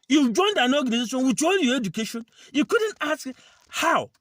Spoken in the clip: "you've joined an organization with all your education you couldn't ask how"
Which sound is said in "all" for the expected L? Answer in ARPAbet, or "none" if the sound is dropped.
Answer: N